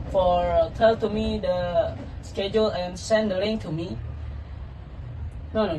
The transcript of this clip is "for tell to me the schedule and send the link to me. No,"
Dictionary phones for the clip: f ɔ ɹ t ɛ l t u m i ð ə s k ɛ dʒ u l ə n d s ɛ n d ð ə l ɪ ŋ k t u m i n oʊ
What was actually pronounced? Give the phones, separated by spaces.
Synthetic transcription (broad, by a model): f ɔ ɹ t ɛ l t u m i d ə s k ɛ dʒ u l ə n s ɛ n d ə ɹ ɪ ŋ t u m i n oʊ